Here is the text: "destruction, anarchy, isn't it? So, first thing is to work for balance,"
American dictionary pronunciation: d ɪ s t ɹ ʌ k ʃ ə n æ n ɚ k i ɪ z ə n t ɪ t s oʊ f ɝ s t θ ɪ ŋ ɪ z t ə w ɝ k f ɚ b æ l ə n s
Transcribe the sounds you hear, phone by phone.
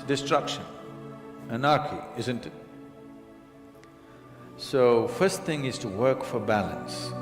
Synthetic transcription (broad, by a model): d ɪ s t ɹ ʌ k ʃ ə n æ n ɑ k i ɪ z ə n t ɪ t s oʊ f ɝ s t θ ɪ ŋ ɪ z t ə w ɝ k f ɚ b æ l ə n s